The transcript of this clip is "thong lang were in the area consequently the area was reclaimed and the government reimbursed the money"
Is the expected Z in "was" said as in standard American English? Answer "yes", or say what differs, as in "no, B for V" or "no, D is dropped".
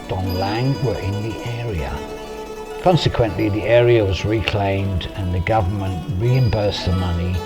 yes